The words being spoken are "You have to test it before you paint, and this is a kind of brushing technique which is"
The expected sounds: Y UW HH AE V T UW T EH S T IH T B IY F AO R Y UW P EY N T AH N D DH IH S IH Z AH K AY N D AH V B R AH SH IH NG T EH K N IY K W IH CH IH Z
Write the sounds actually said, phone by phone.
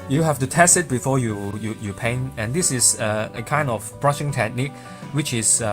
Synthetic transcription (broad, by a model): Y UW HH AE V T UW T EH S T IH T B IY F AO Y Y UW P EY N AH N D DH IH S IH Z AH K AY N D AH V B R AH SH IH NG T EH K N IY K W IH CH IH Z